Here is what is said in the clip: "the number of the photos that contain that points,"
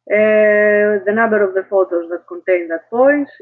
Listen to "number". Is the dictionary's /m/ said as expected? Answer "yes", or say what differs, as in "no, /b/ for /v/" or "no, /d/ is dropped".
no, /m/ is dropped